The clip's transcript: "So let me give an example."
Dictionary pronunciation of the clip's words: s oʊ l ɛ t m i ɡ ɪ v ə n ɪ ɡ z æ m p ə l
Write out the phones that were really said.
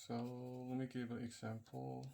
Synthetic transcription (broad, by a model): s oʊ w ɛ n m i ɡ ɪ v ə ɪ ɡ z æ m p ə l